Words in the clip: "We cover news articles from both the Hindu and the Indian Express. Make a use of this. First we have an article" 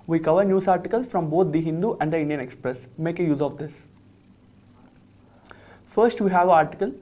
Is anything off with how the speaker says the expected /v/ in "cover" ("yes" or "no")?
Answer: no